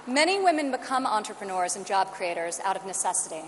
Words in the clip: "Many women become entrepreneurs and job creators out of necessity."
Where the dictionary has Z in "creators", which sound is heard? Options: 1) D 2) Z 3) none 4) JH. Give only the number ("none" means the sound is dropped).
2